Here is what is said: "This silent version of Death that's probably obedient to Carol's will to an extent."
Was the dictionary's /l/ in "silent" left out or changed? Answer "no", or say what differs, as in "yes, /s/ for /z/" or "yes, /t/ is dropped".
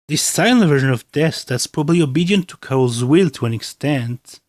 yes, /n/ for /l/